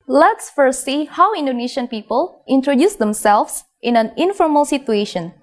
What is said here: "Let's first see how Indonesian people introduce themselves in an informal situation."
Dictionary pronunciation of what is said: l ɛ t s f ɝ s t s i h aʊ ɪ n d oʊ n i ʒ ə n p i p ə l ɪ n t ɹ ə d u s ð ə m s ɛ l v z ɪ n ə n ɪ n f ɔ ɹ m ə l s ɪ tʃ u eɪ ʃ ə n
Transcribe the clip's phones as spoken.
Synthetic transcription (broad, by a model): l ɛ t s f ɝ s s i h aʊ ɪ n d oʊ n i ʃ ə n p i p ə l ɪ n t ɹ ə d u s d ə m s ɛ l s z ɪ n ə n ɪ n f ɔ ɹ m ə l s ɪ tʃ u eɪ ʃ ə n